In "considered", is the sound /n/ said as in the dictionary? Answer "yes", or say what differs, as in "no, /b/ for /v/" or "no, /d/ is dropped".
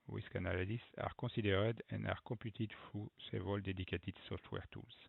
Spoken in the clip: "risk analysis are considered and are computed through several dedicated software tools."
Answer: no, /n/ is dropped